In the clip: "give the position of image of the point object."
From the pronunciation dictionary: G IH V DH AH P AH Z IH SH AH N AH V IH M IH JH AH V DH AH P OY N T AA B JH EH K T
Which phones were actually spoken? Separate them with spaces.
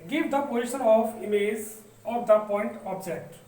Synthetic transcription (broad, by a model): G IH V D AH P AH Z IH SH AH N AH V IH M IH Z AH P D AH P OY N T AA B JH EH K T